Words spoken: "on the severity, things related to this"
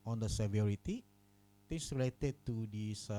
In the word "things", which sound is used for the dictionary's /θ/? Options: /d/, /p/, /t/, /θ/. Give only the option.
/t/